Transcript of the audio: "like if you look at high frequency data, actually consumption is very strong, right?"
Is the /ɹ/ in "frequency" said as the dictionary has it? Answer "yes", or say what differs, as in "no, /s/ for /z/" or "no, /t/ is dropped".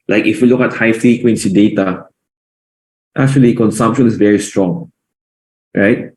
no, /ɹ/ is dropped